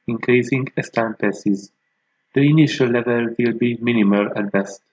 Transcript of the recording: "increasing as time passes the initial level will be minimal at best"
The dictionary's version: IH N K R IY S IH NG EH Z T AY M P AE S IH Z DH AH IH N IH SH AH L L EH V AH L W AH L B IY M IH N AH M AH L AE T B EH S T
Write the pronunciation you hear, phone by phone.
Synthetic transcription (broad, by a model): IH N K R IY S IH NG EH S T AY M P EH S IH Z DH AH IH N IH SH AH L L EH V AH L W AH L B IY M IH N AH M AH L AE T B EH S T